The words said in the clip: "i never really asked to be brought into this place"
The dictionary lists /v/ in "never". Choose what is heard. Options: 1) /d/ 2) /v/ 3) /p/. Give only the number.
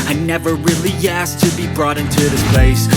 2